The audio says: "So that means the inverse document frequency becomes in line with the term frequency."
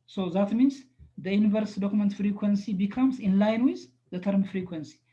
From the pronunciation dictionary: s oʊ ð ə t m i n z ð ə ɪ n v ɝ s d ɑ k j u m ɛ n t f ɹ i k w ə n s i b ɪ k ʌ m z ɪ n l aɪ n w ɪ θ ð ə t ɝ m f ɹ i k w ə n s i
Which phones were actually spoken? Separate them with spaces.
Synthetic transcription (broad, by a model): s oʊ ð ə t m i n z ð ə ɪ n v ɝ s d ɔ k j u m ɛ n t f ɹ i k w ə n s i b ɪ k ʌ m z ɪ n l aɪ n w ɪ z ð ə t ɝ m f ɹ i k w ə n s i